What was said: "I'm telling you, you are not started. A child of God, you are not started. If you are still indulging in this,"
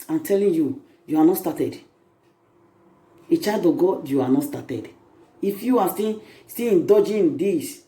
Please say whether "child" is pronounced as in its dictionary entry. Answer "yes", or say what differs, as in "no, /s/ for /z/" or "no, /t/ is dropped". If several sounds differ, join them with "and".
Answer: no, /l/ is dropped